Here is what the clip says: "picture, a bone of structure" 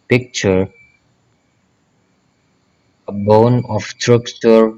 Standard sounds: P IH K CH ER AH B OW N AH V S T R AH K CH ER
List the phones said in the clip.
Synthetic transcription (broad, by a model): P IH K CH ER AH B OW N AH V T R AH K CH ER